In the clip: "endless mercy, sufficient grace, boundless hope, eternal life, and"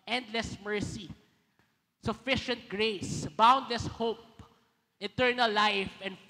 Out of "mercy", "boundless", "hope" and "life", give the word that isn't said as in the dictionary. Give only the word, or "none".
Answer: none